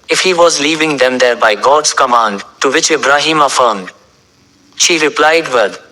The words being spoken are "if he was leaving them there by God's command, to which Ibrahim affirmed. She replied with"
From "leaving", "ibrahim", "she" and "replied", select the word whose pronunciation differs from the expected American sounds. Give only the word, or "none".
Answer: none